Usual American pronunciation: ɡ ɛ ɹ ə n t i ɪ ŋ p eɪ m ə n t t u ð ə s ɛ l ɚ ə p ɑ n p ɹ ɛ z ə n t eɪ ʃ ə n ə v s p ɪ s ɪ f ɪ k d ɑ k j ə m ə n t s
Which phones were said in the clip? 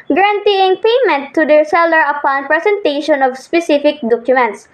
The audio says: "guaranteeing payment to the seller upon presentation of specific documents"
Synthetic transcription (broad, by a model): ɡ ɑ ɹ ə n t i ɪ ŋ p eɪ m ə n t t u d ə s ɛ l ɚ ə p ɑ n p ɹ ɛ s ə n t eɪ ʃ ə n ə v s p ɪ s ɪ f ɪ k d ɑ k j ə m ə n t s